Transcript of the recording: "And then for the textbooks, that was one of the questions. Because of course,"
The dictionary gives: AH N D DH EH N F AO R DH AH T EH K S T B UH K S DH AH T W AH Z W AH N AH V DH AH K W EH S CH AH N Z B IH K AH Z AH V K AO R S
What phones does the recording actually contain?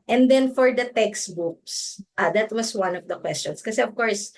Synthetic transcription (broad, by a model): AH N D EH N F AO R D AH T EH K S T B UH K S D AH T W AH S W AH N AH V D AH K W EH S CH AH N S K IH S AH AH V K AO R S